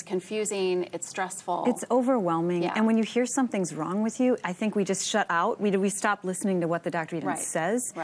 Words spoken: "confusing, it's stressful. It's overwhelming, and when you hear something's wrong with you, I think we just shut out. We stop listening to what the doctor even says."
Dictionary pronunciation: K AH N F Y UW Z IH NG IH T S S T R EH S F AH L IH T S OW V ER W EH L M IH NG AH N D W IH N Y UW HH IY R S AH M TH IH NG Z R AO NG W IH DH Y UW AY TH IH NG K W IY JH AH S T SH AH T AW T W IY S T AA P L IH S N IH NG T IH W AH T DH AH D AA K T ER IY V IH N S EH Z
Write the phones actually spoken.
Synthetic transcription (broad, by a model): K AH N F Y UW Z IH NG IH T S S T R EH S F L IH T S OW V ER W EH L M IH NG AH N W IH N Y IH HH IY R S AH M TH IH NG Z R AO NG W IH DH Y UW AY TH IH NG K W IY JH AH S T SH AH T AW T W IY S T AA P L IH S N IH NG T IH W AH T DH AH D AA K T ER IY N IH S EH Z